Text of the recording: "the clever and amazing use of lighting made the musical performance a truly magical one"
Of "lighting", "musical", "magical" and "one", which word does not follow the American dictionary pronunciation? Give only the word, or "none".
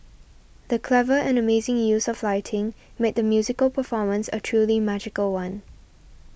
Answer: none